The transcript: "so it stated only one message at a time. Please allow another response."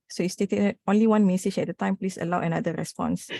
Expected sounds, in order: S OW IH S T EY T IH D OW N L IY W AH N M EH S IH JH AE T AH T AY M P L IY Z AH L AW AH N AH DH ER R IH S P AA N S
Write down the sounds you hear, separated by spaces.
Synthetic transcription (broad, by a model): S OW IH S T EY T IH OW N L IY W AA N M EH S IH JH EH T AH T AY M P L IY S AH L AW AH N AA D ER R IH S P AA N S